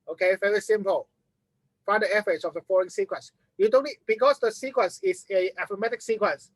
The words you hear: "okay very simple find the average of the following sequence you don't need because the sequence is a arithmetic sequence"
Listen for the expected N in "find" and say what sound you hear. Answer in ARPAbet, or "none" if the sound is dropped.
none